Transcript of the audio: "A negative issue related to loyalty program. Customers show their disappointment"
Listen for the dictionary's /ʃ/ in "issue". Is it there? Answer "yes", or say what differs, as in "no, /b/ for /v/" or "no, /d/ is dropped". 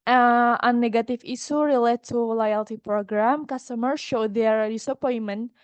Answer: no, /s/ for /ʃ/